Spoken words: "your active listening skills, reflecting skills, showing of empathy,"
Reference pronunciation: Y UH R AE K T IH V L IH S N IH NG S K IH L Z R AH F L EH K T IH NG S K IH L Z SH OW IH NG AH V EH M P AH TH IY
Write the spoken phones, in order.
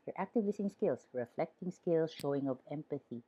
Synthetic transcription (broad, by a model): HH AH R AE K T IH V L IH S IH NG S K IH L S R AH F L EH K T IH NG S K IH L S SH OW IH NG AH V EH M P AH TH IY